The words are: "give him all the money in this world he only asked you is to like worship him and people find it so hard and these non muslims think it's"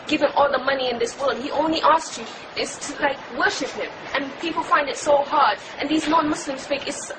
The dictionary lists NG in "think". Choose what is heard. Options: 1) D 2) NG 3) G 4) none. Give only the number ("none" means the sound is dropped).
4